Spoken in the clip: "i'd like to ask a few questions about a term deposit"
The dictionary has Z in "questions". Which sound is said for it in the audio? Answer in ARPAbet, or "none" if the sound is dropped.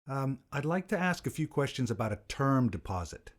Z